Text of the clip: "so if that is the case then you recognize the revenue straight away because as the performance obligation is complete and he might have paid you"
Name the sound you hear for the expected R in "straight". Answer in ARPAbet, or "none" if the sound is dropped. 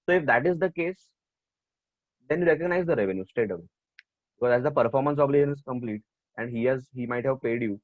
none